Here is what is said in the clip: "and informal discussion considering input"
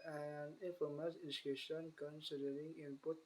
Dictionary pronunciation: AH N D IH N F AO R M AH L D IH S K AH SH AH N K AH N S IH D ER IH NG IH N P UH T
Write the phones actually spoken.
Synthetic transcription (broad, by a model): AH N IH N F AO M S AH N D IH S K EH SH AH N K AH N S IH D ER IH NG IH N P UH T